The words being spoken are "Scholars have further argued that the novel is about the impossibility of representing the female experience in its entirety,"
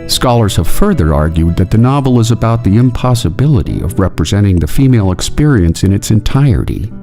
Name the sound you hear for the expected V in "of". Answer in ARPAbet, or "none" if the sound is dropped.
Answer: V